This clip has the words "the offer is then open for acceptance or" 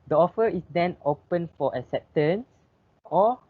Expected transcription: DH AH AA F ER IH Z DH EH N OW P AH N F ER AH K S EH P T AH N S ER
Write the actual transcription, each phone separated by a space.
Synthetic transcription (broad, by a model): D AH AA F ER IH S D EH N OW P AH N F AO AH S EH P T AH N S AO